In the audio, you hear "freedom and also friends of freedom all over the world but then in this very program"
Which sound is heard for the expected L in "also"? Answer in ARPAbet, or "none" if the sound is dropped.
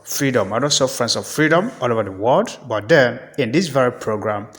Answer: none